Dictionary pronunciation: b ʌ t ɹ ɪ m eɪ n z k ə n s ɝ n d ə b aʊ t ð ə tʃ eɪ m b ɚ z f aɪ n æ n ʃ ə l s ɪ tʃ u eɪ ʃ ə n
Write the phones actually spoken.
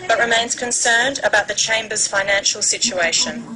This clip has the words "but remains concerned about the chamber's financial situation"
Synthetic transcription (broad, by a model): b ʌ t ɹ ɪ m eɪ n z k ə n s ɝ n d ə b aʊ t ð ə tʃ eɪ m b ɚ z f aɪ n æ n ʃ ə l s ɪ tʃ u eɪ ʃ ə n